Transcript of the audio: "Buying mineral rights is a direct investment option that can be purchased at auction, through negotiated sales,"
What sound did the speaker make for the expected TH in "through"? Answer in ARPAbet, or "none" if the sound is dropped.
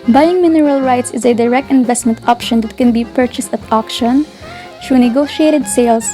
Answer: T